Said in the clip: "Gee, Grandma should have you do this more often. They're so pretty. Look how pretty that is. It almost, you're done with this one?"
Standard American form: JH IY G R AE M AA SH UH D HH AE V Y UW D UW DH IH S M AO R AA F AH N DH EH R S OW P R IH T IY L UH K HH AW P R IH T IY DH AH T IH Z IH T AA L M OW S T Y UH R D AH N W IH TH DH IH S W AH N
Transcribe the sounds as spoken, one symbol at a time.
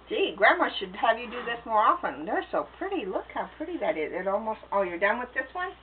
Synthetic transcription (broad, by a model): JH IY G R AE M AA SH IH D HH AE V Y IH D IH DH IH S M AO R AA F AH N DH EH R S OW P R IH T IY L UH K HH AW P R IH T IY DH AH T IH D IH T AA L M OW S T Y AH R D AH N W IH DH IH S W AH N